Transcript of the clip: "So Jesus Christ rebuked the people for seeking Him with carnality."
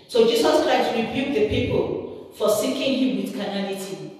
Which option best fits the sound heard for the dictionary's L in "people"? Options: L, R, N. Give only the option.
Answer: L